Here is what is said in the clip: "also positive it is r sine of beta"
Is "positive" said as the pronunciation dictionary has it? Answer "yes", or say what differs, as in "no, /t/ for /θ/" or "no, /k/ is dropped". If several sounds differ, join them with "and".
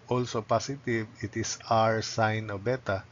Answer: no, /s/ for /z/